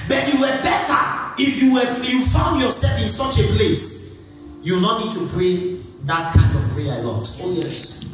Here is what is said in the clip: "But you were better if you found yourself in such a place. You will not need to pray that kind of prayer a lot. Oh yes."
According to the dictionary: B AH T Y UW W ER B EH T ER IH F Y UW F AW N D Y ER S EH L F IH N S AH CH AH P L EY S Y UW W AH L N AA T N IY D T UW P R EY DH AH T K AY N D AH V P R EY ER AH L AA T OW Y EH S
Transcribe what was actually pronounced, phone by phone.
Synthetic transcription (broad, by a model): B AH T Y UW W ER B EH T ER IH F Y UW F AW N D Y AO S EH L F IH N S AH CH AH P L EY S Y UW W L N AA T N IY D T UW P R EY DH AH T K AY N D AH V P R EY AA AH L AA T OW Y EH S